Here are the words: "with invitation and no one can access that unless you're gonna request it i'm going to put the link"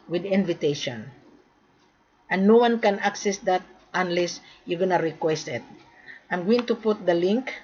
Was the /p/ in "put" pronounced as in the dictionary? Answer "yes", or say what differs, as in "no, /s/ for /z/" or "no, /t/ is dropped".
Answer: yes